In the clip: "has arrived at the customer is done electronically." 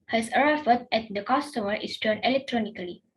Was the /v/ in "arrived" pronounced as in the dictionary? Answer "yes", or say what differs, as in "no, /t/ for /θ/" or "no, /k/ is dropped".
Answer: no, /v/ is dropped